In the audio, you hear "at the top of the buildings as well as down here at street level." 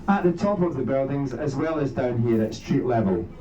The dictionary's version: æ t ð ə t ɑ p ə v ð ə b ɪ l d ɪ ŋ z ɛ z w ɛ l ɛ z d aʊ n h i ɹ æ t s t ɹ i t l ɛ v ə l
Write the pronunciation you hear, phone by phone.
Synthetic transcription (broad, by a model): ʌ t ð ə t ɑ p ə v ð ə b ɪ l d ɪ ŋ z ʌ z w ɛ l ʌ z d aʊ n h i ɹ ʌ t s t ɹ i t l ɛ v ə l